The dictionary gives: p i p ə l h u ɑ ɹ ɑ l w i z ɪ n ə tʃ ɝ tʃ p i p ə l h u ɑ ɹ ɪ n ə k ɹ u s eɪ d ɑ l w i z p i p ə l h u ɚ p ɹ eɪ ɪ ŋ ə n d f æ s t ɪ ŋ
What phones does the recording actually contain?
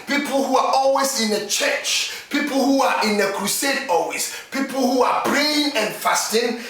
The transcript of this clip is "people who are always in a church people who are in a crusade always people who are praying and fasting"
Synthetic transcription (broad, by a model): p i p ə l h u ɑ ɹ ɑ l w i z ɪ n ə tʃ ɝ tʃ p i p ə l h u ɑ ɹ ɪ n ə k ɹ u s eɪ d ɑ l w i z p i p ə l h u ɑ b ɹ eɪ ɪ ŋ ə n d f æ s t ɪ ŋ